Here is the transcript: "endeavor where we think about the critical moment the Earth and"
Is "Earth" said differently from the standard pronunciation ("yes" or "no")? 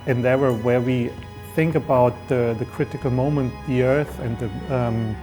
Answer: no